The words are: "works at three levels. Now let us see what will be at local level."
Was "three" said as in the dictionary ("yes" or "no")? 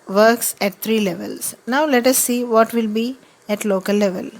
no